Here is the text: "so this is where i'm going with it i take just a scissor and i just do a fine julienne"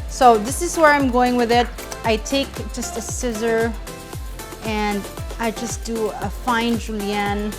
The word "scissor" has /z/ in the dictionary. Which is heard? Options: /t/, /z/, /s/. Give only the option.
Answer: /z/